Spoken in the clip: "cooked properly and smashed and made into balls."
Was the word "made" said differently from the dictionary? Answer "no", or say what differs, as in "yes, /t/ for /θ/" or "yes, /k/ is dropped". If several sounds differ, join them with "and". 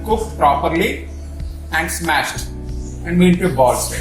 yes, /d/ is dropped